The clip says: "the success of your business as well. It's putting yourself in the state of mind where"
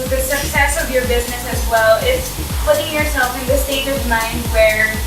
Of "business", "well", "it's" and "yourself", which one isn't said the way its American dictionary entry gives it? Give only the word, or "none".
none